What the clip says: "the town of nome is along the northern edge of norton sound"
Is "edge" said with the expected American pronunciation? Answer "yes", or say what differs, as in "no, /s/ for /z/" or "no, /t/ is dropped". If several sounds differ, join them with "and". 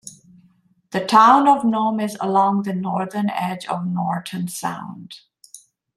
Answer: yes